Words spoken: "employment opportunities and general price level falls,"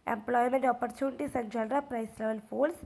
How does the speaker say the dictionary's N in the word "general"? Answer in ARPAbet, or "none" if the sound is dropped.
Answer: L